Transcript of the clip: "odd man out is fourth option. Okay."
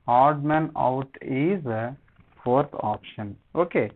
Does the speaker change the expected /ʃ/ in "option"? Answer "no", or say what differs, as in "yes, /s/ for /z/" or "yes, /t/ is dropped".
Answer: no